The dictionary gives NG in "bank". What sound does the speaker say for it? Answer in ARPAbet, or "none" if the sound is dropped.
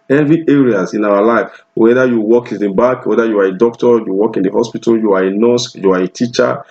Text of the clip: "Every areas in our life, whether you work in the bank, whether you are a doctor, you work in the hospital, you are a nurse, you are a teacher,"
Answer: none